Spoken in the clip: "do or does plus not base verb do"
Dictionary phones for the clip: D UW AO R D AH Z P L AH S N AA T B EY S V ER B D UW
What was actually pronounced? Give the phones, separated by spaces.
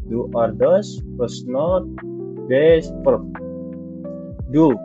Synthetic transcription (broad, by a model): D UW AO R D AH S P AH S N AA T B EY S P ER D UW